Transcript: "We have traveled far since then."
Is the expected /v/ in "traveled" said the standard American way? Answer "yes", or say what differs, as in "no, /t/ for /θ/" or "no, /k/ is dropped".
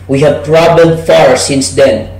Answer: no, /b/ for /v/